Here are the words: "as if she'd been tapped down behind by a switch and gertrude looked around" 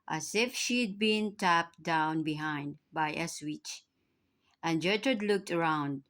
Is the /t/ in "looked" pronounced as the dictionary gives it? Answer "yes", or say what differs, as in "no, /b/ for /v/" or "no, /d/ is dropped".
yes